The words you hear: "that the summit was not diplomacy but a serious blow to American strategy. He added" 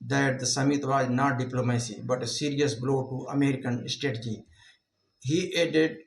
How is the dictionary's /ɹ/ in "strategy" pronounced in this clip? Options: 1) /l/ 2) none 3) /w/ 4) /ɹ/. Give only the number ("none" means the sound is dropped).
2